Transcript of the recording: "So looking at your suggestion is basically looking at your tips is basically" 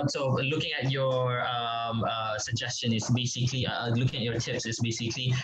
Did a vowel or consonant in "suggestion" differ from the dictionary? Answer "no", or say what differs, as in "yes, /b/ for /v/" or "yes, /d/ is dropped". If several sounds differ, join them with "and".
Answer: no